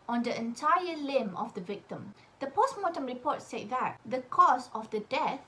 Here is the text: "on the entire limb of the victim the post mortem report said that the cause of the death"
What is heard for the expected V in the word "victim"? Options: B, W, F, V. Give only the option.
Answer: V